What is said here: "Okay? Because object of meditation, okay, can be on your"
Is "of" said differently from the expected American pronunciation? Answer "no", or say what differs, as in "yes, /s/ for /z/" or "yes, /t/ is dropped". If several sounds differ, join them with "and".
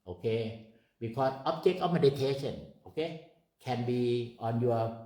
yes, /f/ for /v/